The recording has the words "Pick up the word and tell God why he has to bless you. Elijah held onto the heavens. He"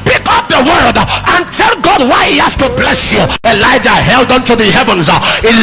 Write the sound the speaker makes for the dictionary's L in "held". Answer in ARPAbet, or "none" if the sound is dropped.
L